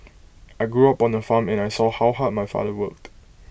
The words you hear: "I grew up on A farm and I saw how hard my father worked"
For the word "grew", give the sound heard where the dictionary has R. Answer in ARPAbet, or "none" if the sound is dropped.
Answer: R